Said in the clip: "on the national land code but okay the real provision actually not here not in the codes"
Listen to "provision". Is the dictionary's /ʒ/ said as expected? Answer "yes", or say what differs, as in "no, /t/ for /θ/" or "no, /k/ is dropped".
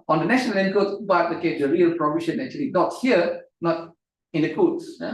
no, /ʃ/ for /ʒ/